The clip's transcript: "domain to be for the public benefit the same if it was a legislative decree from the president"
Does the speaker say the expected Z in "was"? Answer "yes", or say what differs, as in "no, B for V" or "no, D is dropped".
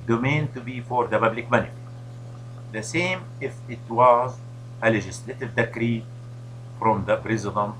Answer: yes